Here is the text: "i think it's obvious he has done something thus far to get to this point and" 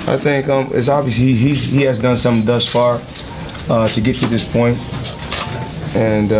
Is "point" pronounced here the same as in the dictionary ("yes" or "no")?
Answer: yes